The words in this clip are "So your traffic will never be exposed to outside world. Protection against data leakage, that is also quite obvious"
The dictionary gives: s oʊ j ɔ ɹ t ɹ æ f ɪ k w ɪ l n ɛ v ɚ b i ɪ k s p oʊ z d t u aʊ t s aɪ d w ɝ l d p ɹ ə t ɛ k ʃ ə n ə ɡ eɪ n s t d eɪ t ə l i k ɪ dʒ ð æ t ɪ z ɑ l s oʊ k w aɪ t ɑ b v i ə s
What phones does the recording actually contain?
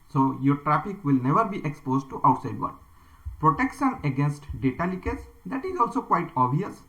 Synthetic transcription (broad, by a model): s oʊ j ɔ ɹ t ɹ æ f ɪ k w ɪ l n ɛ v ɚ b i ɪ k s p oʊ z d t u aʊ t s aɪ d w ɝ d p ɹ ə t ɛ k ʃ ə n ə ɡ eɪ n s t d eɪ t ə l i k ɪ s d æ t ɪ z ɑ l s oʊ k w aɪ t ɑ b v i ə s